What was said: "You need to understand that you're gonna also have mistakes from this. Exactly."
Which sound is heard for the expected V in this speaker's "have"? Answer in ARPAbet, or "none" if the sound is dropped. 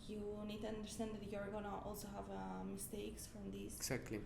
V